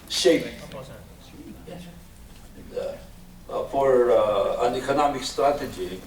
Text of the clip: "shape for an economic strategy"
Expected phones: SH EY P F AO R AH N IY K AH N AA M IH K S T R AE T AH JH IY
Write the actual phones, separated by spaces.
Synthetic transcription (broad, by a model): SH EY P F AO R AH N IY K AH N AA M IH K S T R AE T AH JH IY